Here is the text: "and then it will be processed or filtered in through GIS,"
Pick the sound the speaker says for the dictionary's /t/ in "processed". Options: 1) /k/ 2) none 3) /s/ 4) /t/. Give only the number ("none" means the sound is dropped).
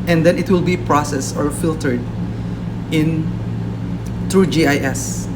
2